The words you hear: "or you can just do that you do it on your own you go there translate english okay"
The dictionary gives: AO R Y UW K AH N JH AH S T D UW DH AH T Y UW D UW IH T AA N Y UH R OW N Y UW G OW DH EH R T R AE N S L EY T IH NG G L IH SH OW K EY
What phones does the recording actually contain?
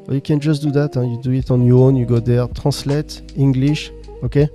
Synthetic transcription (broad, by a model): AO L Y UW K AH N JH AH S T D UW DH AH T Y UW D UW IH T AA N Y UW OW N Y UW G OW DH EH R T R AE S L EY T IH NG G L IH SH OW K EY